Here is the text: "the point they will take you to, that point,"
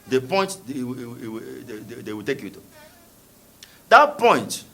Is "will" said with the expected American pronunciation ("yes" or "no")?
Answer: no